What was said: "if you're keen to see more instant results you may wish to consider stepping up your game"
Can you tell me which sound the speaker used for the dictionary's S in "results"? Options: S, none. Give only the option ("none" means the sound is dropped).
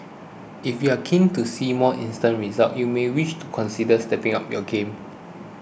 none